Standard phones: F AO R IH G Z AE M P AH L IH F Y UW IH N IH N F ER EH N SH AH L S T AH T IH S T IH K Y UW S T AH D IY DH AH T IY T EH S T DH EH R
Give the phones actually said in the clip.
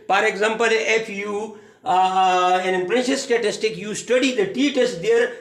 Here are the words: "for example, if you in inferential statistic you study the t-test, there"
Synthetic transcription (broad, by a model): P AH R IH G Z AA M P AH L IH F Y UW IH N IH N P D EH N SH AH S T AH T IH S T IH K Y UW S T AH D IY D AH T IY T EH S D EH R